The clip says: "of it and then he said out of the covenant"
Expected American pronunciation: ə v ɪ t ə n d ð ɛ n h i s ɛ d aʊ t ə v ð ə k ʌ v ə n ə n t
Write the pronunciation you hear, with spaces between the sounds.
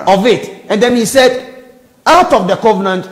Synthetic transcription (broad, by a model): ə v ɪ t ə n d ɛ n h i s ɛ d aʊ t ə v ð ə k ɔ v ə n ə n t